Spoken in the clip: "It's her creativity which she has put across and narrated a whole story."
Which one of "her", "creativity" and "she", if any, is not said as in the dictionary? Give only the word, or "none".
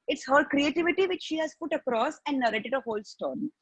none